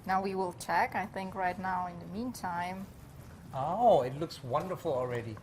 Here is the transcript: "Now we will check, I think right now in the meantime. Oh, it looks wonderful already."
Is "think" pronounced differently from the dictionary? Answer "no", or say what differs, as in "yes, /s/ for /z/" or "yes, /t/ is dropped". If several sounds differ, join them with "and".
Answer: no